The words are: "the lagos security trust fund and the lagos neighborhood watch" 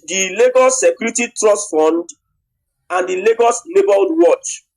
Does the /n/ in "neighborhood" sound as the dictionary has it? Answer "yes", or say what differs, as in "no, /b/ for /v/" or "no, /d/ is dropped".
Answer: no, /l/ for /n/